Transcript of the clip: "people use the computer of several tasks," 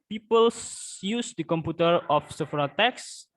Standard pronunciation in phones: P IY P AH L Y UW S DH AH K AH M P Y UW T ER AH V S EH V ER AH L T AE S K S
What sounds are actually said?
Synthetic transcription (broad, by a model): P IY P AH L Y UW S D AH K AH M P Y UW T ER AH F S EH F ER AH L T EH K S